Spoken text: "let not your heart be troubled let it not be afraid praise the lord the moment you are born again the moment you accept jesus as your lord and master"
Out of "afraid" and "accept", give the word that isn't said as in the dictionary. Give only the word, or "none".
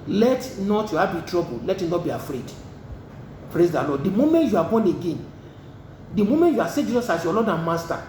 accept